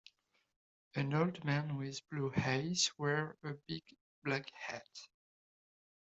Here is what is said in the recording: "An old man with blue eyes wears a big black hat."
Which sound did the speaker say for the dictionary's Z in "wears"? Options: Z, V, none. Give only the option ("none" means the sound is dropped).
none